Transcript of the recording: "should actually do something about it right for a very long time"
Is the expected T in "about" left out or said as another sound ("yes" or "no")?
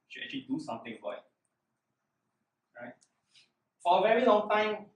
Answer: yes